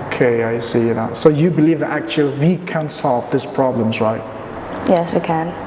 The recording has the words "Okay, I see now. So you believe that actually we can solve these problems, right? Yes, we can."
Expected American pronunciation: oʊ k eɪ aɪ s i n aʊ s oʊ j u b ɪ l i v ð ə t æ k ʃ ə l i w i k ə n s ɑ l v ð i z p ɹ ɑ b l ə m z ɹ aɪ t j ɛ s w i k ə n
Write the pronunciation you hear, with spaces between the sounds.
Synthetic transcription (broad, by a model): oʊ k eɪ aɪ s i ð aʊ s oʊ j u b ɪ l i v ð ə t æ k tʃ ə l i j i k ə n s ɑ l v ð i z p ɹ ɑ b l ə m z ɹ aɪ t j ɛ s w i k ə n